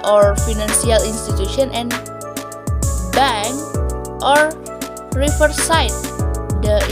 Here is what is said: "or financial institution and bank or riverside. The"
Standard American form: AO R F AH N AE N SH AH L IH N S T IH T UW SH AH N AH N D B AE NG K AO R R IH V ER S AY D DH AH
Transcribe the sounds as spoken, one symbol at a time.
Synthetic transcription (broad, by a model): AO R F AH N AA N S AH L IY N S T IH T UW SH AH N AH N B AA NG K AO R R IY F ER S AY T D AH